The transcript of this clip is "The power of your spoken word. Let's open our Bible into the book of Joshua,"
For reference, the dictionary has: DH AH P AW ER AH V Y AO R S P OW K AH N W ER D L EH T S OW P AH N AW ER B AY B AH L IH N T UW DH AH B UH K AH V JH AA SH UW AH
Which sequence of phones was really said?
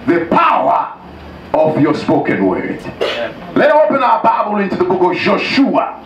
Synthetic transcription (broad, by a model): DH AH P AW ER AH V Y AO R S P OW K AH N W ER D L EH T OW P AH N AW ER B AY B AH L IH N T UW DH AH B UH K AH V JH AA SH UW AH